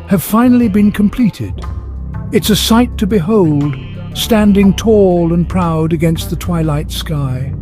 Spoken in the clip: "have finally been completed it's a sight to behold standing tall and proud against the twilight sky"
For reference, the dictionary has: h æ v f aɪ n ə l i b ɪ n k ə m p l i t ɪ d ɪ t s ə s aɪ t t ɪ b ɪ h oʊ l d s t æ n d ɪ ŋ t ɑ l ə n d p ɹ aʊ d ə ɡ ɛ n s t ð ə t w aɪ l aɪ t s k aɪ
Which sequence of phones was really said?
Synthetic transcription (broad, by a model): h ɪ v f aɪ n l i b ɪ n k ə m p l i t ɪ d ɪ t s ə s aɪ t t ɪ b ɪ h oʊ l d s t æ n d ɪ ŋ t ɑ l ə n p ɹ aʊ d ə ɡ ɛ n s t ð ə t w aɪ l aɪ t s k aɪ